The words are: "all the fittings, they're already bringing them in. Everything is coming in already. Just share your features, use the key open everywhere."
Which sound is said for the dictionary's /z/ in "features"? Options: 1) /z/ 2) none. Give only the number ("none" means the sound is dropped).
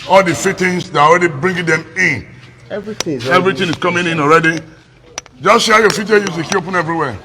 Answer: 2